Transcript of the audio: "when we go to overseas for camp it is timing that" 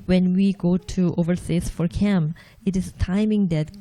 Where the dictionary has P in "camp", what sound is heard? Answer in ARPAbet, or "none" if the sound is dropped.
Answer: none